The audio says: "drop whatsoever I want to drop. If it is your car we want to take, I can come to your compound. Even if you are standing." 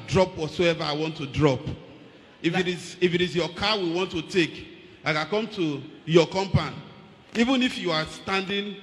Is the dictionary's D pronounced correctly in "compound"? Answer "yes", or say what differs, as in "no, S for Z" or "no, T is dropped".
no, D is dropped